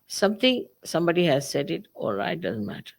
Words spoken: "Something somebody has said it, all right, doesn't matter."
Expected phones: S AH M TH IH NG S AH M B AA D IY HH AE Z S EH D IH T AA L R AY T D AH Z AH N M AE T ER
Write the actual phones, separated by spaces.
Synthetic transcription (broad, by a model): S AH M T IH NG S AH M B AA D IY HH AE Z S EH D IH T AA L R AY T D AH Z AH N M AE T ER